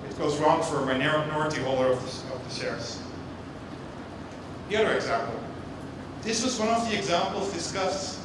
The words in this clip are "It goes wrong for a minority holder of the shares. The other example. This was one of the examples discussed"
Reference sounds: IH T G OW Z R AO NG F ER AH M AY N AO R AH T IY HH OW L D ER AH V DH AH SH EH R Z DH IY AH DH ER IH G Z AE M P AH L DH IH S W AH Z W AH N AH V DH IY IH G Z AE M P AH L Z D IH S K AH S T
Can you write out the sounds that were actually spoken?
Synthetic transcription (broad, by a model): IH T G OW Z R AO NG F ER AH M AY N AO R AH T IY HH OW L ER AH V DH AH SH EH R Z DH IY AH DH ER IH G Z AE M P L DH IH S W AH Z W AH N AH V DH IY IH G Z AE M P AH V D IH S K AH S T